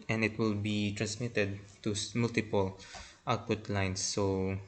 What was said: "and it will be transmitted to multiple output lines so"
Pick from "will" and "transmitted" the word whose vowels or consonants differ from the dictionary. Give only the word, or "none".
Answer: none